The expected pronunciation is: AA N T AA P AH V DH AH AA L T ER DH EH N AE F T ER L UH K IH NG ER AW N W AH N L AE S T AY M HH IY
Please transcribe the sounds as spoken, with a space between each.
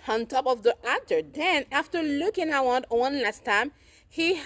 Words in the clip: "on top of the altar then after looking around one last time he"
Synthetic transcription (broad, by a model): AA N T AA P AH V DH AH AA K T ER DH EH N AE F T ER L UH K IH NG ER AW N W AH N L AE S T AY M HH IY